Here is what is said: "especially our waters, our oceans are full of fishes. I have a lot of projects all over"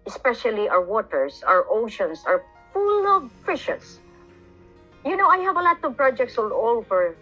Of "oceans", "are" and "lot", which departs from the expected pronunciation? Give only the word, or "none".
oceans